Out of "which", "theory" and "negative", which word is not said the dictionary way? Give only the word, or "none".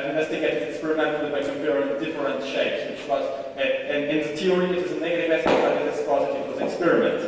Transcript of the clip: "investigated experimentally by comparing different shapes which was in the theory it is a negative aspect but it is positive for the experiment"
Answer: theory